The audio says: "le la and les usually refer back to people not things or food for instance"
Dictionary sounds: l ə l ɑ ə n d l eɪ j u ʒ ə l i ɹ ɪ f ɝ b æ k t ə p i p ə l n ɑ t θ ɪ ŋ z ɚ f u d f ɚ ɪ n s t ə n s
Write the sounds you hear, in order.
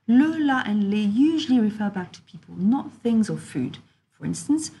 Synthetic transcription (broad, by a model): l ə l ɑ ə n l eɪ j u ʒ ə l i ɹ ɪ f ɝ b æ k t ə p i p ə l n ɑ t θ ɪ ŋ z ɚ f u d f ɚ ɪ n s t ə n s